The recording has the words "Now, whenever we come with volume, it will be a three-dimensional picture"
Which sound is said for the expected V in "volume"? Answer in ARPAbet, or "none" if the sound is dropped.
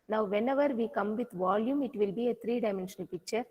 V